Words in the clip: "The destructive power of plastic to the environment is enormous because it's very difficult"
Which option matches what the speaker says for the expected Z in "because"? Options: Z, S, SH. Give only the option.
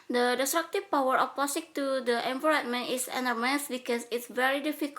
S